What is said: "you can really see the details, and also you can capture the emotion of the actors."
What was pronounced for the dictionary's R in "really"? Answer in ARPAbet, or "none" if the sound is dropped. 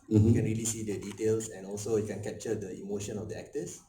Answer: R